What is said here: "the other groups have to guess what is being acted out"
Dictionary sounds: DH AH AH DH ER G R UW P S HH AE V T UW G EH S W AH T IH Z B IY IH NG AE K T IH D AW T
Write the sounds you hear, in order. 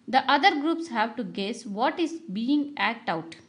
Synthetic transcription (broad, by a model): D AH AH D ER G R UW P S HH AE V T UW G EH S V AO T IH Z B IY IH NG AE K T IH UH T